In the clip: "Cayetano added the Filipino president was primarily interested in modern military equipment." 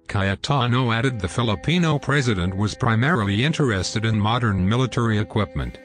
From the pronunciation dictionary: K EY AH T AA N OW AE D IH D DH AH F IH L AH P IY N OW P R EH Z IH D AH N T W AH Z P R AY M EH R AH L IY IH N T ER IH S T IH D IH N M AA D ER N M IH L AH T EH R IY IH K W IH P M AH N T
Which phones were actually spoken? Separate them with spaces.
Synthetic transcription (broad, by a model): K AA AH T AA N OW AE D IH D DH AH F IH L AH P IY N OW P R EH Z IH D AH N T W AH Z P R AY M EH R L IY IH N T ER IH S T IH D IH N M AA D ER N M IH L AH T EH R IY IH K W IH P M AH N T